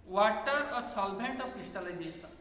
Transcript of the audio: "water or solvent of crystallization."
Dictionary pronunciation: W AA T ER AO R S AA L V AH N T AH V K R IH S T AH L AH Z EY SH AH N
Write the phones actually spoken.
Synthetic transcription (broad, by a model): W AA T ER AO R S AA L B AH N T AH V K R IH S T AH L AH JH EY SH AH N